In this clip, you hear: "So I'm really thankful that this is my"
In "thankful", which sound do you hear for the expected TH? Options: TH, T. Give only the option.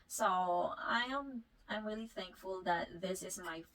TH